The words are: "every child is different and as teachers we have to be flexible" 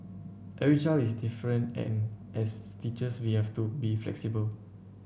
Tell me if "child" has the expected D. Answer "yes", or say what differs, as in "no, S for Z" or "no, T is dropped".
no, D is dropped